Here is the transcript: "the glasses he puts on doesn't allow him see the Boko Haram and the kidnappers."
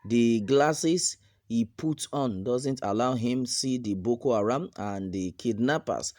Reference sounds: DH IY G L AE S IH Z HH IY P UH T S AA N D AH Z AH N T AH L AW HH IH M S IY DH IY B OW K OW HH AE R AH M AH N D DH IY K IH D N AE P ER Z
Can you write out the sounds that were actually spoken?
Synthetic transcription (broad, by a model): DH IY G L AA S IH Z HH IY P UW T AA N D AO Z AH N T AH L AW HH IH M S IY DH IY B OW K OW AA R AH M AH N D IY K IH D N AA P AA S